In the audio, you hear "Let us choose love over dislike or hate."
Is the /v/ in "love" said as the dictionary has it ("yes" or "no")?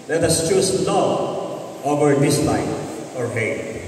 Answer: no